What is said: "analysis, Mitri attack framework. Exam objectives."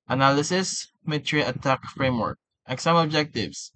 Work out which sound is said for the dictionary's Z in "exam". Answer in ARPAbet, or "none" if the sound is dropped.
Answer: S